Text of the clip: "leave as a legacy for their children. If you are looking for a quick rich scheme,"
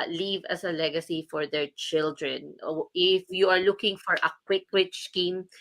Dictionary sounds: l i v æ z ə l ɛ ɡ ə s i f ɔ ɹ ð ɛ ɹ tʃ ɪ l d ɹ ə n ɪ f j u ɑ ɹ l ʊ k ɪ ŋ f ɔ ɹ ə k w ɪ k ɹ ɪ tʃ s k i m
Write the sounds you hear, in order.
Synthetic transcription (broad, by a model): l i v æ s ə l ɛ ɡ ə s i f ɔ ɹ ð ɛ ɹ tʃ ɪ l d ɹ ə n ɪ f j u ɑ ɹ l ʊ k ɪ ŋ f ɔ ɹ ə k w ɪ k w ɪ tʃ s k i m